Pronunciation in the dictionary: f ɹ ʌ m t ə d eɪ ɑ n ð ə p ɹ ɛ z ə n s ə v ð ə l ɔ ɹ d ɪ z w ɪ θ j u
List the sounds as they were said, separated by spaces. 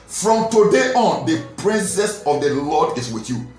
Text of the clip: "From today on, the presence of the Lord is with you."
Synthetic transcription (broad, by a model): f ɹ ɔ m t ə d eɪ ɑ n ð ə p ɹ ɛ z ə s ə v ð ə l ɔ d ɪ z w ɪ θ j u